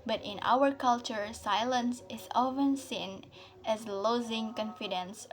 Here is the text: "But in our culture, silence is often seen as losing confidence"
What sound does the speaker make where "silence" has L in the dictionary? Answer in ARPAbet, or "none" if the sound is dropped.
L